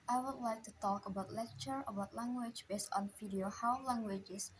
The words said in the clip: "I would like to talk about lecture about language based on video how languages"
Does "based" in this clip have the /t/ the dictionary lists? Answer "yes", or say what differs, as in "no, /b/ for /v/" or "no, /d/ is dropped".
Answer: yes